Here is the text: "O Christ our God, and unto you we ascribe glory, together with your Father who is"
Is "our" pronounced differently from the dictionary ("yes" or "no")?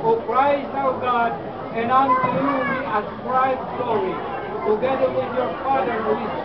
yes